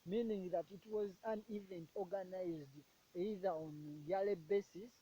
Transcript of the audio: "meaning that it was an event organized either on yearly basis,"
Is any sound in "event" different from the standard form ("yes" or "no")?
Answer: no